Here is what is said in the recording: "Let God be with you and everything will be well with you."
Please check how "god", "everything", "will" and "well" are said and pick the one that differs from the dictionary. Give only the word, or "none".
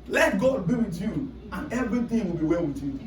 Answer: everything